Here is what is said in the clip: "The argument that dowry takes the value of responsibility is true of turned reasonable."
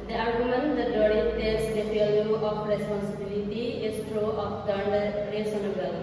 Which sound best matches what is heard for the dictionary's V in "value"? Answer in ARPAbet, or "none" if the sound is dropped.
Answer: F